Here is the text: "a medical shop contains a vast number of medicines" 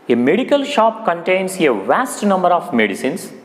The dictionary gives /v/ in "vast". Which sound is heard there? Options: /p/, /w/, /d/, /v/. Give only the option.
/v/